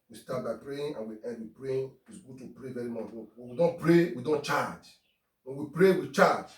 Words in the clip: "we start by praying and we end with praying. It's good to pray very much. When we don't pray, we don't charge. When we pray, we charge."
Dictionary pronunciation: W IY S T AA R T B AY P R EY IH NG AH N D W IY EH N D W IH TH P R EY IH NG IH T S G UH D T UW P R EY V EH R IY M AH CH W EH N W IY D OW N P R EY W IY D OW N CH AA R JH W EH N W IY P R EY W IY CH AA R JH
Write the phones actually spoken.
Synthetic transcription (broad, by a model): W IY S T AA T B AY P R EY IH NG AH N W IY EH D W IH P R EY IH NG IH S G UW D T UW P R EY V EH R IY M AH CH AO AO W IY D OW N P R EY W IY D OW N CH AA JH W EH N W IY P R EY W IY CH AA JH